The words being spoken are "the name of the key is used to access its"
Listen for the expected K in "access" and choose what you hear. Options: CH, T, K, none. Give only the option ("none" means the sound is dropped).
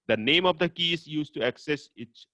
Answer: K